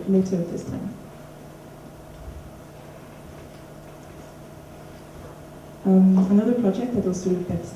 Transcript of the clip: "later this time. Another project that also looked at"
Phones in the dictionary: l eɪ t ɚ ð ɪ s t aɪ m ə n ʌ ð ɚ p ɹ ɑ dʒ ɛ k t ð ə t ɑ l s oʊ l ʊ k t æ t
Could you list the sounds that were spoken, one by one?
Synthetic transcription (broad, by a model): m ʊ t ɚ ð ɪ s t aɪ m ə n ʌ ð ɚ p ɹ ɑ dʒ ɛ k t ð ə t ɑ l s oʊ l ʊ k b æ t